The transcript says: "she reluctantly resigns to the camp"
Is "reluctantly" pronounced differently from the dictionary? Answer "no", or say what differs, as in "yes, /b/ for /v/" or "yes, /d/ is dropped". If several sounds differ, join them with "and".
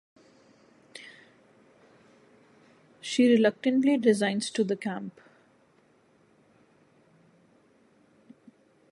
no